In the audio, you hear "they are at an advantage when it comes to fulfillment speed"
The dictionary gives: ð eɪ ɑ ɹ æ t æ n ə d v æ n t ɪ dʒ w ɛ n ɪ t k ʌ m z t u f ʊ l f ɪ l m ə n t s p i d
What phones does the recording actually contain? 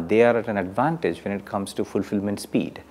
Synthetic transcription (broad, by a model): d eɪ ɑ ɹ æ t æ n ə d v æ n t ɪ dʒ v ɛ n ɪ t k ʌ m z t u f ʊ l f ɪ l m ə n t s p i d